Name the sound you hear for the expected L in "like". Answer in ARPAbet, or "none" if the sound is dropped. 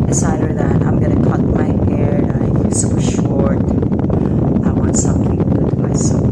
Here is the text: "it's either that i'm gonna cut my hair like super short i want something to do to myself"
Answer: N